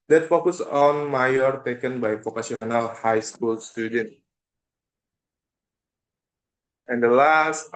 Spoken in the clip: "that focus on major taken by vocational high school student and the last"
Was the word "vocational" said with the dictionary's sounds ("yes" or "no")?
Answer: no